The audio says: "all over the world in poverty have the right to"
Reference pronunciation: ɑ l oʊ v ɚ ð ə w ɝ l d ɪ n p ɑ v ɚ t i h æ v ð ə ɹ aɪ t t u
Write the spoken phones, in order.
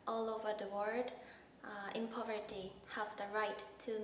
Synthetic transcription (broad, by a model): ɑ l oʊ v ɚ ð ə w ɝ d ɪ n p ɑ v ɚ t i h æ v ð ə ɹ aɪ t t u